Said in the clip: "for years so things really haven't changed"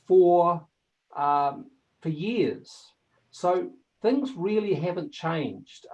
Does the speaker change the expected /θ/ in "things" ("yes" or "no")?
no